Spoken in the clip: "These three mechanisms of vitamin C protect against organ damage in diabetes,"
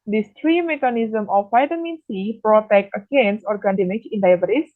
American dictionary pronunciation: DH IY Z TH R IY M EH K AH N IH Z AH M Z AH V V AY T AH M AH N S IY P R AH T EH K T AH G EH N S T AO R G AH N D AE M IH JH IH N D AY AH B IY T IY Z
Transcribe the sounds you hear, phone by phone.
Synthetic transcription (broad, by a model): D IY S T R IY M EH K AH N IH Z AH M AH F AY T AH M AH N S IY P R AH T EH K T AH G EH N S AO R G AH N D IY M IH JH IH N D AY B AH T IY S